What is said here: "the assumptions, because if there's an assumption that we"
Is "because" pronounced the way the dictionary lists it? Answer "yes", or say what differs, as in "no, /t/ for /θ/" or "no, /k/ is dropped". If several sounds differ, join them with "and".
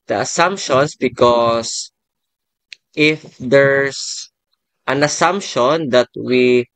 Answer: no, /s/ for /z/